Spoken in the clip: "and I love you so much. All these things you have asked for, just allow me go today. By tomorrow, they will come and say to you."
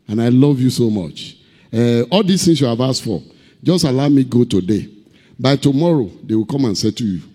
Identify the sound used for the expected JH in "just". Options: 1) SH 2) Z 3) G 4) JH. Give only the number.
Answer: 4